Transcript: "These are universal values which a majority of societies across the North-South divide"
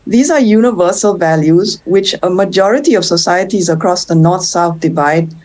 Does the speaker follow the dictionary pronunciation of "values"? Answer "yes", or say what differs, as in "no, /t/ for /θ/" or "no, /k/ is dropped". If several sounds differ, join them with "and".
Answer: yes